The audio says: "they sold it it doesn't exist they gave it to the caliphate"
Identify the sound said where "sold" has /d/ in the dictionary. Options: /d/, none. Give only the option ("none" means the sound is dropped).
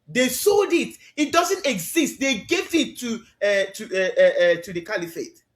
/d/